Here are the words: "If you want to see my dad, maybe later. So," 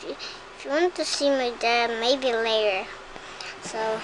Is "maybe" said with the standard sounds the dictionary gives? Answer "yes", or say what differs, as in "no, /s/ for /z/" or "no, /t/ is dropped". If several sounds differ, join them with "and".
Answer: yes